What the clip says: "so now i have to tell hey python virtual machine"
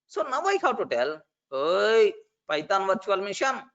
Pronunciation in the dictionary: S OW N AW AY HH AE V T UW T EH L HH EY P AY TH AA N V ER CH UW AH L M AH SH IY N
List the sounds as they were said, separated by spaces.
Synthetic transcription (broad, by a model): S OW N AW AY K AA W T UW T EH L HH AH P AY T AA N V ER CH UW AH L M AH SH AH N